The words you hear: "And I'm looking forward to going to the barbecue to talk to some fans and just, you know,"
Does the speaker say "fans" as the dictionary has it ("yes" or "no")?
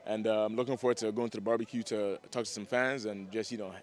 yes